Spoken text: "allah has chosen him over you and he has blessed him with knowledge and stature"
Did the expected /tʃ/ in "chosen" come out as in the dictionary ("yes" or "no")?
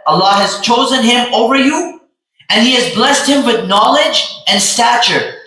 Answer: yes